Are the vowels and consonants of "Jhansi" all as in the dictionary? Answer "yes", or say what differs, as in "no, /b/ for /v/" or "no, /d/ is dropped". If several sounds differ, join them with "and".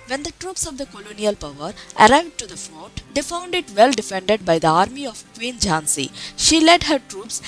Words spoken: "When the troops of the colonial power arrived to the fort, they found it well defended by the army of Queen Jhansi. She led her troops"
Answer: yes